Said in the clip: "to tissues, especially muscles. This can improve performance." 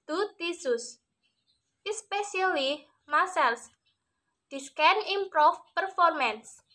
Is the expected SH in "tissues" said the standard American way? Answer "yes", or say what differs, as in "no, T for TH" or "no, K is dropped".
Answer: no, S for SH